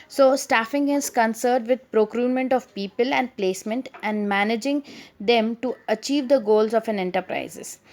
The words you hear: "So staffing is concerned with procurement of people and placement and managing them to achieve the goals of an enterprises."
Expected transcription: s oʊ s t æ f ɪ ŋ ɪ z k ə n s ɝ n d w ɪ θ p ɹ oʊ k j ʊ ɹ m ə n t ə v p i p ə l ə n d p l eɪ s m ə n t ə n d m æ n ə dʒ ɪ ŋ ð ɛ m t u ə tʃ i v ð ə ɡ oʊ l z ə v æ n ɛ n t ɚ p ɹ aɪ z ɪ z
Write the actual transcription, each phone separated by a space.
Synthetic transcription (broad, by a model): s oʊ s t æ f ɪ ŋ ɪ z k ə n s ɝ d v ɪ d p ɹ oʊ k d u m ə n t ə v p i p ə l ə n d p l eɪ s m ə n t ə n d m æ n ə dʒ ɪ ŋ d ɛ m t u ə tʃ i v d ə ɡ oʊ l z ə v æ n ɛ n t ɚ p ɹ aɪ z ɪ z